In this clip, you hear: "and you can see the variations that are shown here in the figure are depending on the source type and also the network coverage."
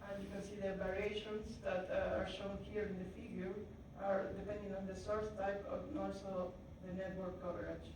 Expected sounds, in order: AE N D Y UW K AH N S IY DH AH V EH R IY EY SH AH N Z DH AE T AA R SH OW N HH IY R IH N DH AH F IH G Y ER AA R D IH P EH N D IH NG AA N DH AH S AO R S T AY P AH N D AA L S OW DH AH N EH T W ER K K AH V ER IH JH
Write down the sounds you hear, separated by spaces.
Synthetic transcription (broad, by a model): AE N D Y UW K AH N S IY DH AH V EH R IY EY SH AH N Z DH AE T AA R SH OW N HH IY R IH N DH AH F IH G Y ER AA R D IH P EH N D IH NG AA N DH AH S AO R S T AY P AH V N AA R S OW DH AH N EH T W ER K K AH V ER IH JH